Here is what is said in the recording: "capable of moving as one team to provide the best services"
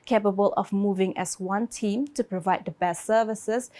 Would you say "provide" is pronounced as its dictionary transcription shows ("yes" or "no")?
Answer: yes